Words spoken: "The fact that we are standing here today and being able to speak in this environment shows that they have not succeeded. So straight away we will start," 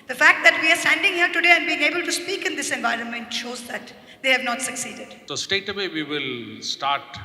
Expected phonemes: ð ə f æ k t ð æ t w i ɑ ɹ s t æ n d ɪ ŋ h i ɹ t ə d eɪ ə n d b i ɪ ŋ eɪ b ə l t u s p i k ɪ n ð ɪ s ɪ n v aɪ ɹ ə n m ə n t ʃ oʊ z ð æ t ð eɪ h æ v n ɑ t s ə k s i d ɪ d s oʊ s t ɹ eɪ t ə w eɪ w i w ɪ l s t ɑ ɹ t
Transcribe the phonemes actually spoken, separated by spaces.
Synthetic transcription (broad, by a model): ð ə f æ k t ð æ t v i ɑ ɹ s t æ n d ɪ ŋ h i ɹ t ə d eɪ ə n d b i ɪ ŋ eɪ b ə l t u s p i k ɪ n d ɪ s ɪ n v aɪ ɹ ə n m ə n t ʃ oʊ z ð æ t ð eɪ h æ v n ɑ t s ə k s i d ɪ d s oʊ s t eɪ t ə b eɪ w i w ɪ l s t ɑ ɹ t